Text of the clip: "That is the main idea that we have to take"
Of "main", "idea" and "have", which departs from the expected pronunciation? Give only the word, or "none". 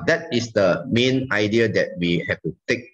have